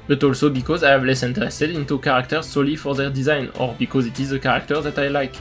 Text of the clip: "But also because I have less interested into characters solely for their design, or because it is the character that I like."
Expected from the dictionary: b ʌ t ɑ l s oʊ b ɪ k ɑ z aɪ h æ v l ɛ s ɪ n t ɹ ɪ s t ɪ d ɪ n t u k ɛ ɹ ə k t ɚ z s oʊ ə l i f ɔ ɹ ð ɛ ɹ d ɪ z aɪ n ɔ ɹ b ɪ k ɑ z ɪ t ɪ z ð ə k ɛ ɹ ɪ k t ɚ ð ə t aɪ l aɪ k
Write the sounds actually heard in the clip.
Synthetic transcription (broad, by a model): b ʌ t ɑ l s oʊ b ɪ k ɑ z aɪ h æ v l ɛ s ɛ n t ɹ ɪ s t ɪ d ɪ n t u k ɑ ɹ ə k t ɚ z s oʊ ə l i f ɔ ɹ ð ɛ ɹ d ɪ z aɪ n ɔ ɹ b ɪ k ɑ z ɪ t ɪ z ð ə k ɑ ɹ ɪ k t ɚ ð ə t aɪ l aɪ k